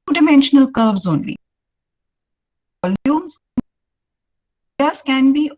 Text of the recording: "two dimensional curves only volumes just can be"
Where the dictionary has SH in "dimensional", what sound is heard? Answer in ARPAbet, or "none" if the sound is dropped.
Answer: SH